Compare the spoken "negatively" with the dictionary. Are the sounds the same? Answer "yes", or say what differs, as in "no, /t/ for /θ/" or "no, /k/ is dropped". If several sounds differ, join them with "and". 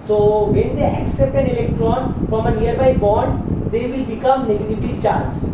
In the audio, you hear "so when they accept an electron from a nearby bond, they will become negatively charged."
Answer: no, /b/ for /v/